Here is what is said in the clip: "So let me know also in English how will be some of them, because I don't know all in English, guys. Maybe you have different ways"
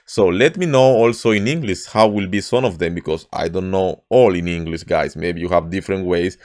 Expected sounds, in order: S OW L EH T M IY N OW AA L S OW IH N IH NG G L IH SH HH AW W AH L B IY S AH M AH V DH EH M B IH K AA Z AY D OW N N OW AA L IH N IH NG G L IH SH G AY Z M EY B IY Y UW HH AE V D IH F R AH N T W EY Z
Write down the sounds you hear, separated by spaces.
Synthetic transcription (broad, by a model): S OW L EH T M IY N OW AA L S OW IH N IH NG G L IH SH HH AW W AH L B IY S AH M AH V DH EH M B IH K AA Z AY D OW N N OW AA L IH N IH NG G L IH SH G AY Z M EY B IY Y UW HH AE V D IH F R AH N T W EY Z